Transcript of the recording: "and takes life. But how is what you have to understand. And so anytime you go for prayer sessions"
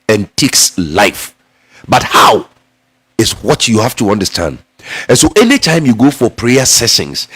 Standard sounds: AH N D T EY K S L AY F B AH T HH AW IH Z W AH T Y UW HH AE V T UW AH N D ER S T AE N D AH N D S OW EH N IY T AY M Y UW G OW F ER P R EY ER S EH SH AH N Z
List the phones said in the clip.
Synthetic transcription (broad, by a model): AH N T EY K S L AY F B AH T HH AW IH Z W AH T Y UW HH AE F T UW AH N D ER S T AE N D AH N S OW EH N IY T AY M Y UW G OW F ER P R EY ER S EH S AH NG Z